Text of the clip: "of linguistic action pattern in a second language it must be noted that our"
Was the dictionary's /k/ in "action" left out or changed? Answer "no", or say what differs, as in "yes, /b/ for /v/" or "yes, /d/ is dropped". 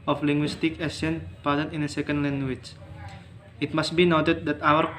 yes, /k/ is dropped